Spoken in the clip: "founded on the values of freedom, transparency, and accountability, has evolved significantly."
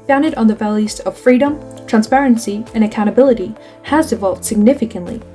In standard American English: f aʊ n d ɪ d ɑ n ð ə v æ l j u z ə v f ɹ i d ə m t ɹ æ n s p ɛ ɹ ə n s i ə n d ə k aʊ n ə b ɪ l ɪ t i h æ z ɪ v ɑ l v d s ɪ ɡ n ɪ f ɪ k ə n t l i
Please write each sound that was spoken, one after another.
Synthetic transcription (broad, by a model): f aʊ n d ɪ d n ð ə v æ l j u z ə v f ɹ i d ə m t ɹ æ n s p ɛ ɹ ə n s i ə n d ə k aʊ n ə b ɪ l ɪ t i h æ z ɪ v ɑ l v d s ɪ ɡ n ɪ f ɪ k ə n t l i